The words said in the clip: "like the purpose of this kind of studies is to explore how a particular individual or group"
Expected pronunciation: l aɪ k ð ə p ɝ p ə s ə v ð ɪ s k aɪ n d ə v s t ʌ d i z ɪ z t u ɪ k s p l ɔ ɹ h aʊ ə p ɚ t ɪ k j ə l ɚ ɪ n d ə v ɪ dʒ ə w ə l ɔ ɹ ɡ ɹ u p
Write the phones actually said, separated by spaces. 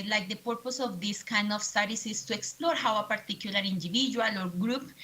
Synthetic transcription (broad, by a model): l aɪ k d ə p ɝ p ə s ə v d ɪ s k aɪ n d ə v s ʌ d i s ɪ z t u ɪ k s p l ɔ ɹ h aʊ ə p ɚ t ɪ k j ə l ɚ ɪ n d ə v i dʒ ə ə l ɔ ɹ ɡ ɹ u p